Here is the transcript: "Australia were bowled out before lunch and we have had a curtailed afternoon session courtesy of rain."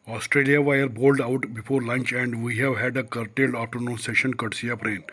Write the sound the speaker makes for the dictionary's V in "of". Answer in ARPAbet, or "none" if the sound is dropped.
P